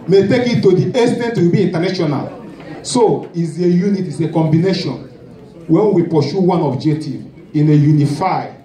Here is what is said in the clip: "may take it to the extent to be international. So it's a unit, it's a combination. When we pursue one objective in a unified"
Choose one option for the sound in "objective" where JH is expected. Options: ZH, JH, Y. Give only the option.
JH